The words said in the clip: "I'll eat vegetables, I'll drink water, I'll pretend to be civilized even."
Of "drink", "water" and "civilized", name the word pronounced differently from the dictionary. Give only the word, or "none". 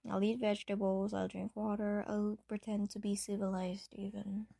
none